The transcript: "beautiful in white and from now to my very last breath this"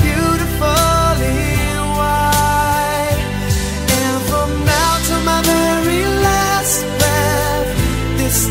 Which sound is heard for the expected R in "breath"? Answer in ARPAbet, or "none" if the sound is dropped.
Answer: none